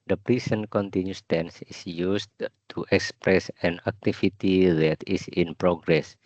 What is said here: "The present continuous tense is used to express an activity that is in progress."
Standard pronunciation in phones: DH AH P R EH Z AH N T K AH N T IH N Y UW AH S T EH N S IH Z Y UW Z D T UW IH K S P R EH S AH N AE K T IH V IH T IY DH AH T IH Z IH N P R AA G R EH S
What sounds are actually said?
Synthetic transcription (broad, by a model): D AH P R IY S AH N K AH N T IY N Y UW S T EH N S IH S Y UW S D T UW IH K S P R EH S AH N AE K T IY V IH T IY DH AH T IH S IH N P R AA G R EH S